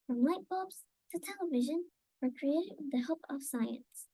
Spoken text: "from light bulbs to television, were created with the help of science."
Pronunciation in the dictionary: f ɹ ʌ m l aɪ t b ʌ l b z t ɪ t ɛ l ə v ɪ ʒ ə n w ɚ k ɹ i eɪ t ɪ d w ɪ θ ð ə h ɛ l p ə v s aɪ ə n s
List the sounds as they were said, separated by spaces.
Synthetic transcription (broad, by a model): f ɹ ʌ m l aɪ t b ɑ b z t ɪ t ɛ l ə v ɪ ʒ ə n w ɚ k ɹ i eɪ ɪ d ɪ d ð ə h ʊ p ə v s aɪ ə n s